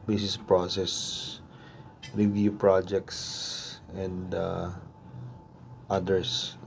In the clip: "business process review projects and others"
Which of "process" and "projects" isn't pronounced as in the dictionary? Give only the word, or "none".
none